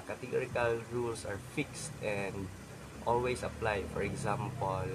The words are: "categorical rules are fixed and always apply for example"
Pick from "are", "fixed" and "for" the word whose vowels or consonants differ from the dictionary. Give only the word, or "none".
none